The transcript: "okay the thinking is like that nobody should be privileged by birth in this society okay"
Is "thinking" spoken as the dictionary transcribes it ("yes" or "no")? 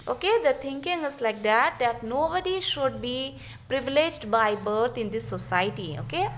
no